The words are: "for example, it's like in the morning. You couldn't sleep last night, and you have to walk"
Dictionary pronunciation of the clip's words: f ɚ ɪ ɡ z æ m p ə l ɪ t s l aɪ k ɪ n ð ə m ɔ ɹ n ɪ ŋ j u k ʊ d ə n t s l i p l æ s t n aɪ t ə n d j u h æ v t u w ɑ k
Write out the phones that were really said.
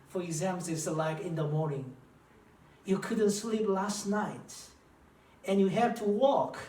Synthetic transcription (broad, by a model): f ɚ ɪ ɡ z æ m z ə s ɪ l aɪ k ɪ n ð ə m ɔ ɹ n ɪ ŋ j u k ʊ d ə n t s l i p l æ s t n aɪ t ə n j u h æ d t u w ɑ k